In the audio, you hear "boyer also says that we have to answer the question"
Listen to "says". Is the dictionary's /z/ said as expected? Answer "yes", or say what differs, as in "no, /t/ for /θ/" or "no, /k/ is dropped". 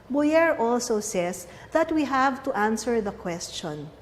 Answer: no, /s/ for /z/